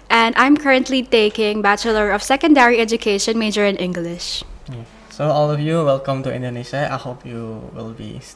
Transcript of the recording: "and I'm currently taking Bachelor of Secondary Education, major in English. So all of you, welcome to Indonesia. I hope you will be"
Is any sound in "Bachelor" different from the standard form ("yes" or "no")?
no